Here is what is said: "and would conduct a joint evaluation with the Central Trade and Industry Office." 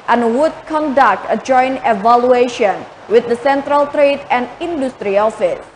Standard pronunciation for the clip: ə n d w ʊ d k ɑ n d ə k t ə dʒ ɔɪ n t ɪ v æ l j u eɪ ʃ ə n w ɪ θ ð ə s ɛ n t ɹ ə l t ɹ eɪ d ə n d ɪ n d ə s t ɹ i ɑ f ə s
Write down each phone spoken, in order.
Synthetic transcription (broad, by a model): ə n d w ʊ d k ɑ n d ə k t ə dʒ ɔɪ n ɪ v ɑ l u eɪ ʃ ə n w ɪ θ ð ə s ɛ n t ɹ ə l t ɹ eɪ d ə n d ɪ n d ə s t ɹ i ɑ f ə s